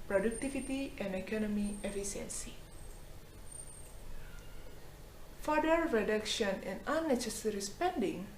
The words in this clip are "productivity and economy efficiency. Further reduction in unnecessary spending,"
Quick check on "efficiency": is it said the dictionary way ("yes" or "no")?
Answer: no